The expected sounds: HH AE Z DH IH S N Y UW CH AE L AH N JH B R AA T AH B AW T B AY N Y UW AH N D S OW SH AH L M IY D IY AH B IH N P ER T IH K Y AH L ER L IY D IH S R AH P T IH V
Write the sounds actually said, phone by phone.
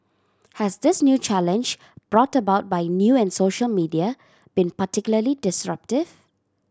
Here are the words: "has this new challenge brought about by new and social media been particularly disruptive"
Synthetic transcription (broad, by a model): HH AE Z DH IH S N Y UW CH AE L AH N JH B R AA T AH B AW T B AY N Y UW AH N S OW SH AH L M IY D IY AH B IH N P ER T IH K Y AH L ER L IY D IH S R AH P T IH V